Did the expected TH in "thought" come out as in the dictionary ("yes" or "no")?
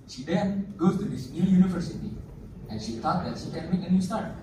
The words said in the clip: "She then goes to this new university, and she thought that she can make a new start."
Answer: no